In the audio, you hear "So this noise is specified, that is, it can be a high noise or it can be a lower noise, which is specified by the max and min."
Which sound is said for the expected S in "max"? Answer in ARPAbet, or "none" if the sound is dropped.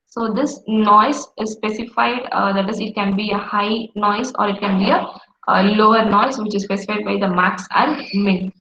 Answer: S